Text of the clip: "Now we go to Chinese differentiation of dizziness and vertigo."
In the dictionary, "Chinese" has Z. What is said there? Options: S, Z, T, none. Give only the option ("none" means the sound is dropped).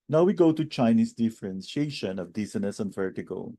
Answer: S